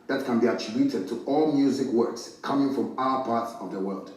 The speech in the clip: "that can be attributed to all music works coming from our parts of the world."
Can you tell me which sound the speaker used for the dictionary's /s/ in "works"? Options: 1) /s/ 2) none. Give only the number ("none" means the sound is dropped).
1